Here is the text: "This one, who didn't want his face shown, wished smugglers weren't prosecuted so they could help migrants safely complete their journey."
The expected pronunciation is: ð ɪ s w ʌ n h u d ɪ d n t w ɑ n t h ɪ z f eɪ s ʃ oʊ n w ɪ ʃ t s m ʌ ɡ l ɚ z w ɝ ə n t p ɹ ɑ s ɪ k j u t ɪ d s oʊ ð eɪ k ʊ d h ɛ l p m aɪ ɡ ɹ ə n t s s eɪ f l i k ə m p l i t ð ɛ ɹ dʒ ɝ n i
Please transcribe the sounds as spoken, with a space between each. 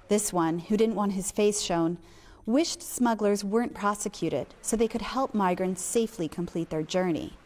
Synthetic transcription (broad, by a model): ð ɪ s w ʌ n h u d ɪ d n t w ɑ n t h ɪ z f eɪ s ʃ oʊ n w ɪ ʃ t s m ʌ ɡ l ɚ z w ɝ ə n p ɹ ɑ s ɪ k j u t ɪ d s oʊ ð eɪ k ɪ d h ɛ l p m aɪ ɡ ɹ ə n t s s eɪ f l i k ə m p l i t ð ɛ ɹ dʒ ɝ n i